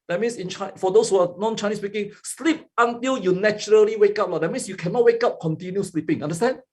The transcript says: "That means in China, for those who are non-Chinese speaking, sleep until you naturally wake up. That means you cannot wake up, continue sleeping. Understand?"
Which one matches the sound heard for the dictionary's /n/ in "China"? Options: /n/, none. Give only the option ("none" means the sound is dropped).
none